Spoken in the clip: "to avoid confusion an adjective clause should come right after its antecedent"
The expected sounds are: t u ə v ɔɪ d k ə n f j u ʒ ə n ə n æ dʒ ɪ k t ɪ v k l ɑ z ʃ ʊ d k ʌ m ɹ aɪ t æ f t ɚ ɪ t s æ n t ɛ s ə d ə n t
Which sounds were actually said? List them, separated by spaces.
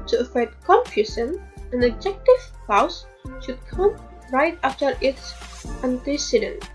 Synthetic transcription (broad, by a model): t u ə f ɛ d k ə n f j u s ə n ə n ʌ dʒ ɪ k t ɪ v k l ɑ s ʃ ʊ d k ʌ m ɹ aɪ t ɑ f t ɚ ɪ t s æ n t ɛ s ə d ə n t